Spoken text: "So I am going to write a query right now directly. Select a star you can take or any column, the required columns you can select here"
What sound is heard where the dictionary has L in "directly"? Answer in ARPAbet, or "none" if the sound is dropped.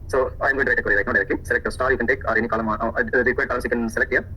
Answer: none